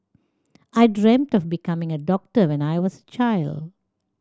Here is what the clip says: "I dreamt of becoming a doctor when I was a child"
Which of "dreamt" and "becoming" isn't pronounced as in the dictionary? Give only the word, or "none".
none